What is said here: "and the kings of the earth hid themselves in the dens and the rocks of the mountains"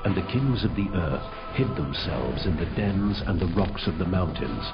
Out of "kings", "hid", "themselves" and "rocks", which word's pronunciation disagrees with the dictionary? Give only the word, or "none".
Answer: none